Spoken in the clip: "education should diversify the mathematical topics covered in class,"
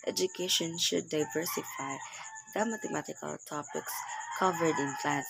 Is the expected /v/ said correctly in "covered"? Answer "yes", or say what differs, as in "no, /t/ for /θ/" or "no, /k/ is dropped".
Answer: yes